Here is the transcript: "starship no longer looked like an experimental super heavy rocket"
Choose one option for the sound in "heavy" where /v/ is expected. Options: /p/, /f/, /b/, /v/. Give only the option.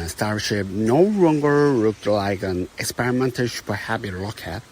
/b/